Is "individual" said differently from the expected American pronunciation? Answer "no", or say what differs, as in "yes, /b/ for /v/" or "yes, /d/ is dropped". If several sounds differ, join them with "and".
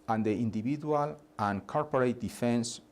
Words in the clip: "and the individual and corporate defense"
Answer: yes, /b/ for /v/